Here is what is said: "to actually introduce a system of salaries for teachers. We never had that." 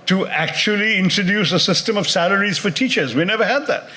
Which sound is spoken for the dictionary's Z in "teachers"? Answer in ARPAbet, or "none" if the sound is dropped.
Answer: Z